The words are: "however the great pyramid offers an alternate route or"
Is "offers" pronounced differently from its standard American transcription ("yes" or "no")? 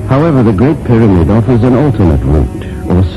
no